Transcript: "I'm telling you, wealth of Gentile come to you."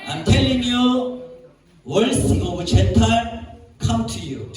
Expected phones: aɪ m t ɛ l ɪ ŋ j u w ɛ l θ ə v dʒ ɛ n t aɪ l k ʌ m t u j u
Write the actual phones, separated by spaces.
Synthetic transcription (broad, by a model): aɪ m t ɛ l ɪ ŋ j u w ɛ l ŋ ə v tʃ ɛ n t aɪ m k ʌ m t u j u